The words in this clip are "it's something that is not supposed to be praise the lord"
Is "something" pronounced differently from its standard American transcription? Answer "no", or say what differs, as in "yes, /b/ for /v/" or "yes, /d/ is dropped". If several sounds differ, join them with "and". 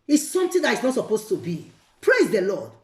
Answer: yes, /t/ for /θ/